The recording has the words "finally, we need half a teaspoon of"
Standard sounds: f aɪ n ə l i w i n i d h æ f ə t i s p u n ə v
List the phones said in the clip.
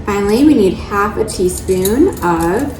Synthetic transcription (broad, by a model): f aɪ n l i w i n i d h æ f ə t i s p u n ə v